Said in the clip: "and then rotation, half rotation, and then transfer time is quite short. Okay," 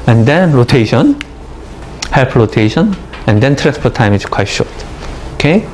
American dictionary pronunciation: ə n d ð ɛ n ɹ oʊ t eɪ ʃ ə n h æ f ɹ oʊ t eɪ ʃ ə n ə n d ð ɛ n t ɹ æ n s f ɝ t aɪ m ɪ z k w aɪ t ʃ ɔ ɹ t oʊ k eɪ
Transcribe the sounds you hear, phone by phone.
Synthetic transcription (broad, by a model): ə n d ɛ n ɹ oʊ t eɪ ʃ ə n h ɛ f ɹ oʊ t eɪ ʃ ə n ə n d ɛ n t ɹ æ n s p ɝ t aɪ m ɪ s k w aɪ t ʃ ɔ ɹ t oʊ k eɪ